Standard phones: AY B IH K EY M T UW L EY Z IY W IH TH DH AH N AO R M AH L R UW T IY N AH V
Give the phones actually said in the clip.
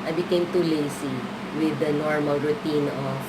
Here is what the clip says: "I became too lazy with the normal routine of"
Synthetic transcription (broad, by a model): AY B IH K EY M T UW L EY S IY W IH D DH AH N AO R M AH L R UW T IY N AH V